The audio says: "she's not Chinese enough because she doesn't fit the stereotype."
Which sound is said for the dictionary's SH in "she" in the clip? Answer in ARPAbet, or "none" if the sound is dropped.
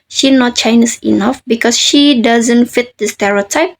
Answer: SH